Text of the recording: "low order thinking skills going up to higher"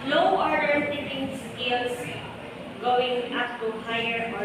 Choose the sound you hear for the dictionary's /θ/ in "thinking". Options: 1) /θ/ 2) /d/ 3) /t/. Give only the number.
3